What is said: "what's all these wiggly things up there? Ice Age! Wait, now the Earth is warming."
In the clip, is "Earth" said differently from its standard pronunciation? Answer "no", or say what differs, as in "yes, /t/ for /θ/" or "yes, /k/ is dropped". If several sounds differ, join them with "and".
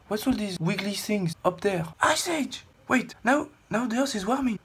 yes, /s/ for /θ/